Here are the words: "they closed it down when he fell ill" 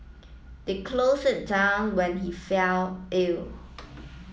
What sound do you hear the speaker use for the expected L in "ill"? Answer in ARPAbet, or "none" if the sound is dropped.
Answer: L